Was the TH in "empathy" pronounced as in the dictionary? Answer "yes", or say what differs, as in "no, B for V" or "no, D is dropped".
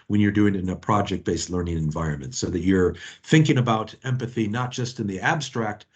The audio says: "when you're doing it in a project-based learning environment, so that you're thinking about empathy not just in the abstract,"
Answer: yes